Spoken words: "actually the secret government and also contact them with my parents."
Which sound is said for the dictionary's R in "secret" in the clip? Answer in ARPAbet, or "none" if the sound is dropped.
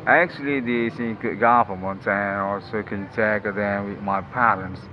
none